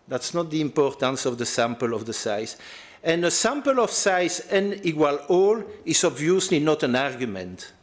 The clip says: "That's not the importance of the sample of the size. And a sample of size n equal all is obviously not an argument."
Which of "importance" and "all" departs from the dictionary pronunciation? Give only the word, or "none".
none